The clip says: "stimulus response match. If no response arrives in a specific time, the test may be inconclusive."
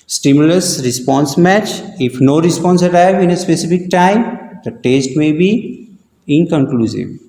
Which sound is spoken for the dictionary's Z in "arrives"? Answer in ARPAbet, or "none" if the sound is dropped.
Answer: none